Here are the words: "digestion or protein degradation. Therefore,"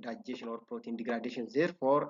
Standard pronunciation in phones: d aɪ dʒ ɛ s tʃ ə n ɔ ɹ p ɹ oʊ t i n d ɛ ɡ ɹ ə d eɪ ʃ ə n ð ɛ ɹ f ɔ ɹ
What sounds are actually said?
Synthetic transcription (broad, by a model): d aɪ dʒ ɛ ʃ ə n ɔ ɹ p oʊ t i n d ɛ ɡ ɹ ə d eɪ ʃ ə n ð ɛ ɹ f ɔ ɹ